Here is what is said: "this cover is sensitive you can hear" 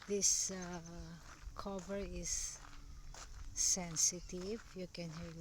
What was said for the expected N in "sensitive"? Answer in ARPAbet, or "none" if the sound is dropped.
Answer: N